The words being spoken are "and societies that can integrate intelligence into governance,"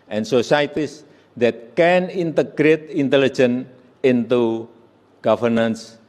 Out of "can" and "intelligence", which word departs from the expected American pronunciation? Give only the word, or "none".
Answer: intelligence